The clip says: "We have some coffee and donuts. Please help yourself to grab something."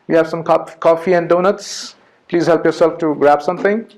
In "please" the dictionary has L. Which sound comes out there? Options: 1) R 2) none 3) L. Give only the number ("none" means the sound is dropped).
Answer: 3